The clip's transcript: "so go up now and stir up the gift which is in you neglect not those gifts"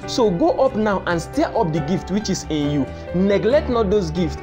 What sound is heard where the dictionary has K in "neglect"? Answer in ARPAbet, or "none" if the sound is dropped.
K